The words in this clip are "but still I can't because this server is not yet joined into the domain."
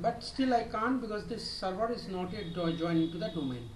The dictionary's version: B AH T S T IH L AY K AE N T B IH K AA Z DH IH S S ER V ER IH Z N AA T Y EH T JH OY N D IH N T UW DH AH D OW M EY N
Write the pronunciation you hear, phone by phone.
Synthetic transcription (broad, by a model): B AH T S T IH L AY K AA N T B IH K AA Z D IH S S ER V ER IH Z N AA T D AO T JH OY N IH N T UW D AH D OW M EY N